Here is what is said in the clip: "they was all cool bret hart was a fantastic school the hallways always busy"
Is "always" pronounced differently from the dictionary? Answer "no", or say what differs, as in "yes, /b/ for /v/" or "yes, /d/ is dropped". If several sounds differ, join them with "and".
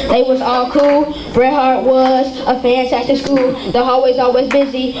no